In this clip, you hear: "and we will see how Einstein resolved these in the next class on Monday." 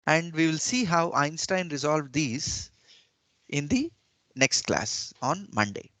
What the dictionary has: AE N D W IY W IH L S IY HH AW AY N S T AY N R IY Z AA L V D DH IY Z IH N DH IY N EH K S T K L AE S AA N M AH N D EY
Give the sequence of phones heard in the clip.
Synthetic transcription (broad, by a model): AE N D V IY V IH L S IY HH AW AY N S T AY N R IY Z AA L V D IY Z IH N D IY N EH K S T K L AE S AA N M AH N D EY